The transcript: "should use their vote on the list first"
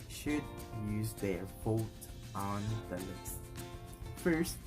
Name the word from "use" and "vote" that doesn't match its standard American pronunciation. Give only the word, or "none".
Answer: vote